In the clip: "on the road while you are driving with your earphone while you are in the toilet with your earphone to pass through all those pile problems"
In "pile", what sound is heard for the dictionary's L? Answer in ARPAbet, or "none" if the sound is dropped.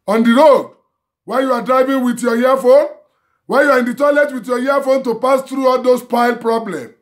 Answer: L